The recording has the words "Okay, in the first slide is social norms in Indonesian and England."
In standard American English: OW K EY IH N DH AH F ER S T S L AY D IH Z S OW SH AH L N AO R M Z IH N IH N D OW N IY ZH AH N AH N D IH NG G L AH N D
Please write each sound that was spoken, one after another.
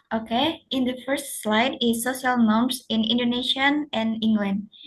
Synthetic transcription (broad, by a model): OW K EY IH N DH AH F ER S T S L AY D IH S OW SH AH L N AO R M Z IH N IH N D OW N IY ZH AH N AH N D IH NG G L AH N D